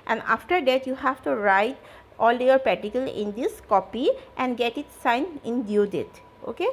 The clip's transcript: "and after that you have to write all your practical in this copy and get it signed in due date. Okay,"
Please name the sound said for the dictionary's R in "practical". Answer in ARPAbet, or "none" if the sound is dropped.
none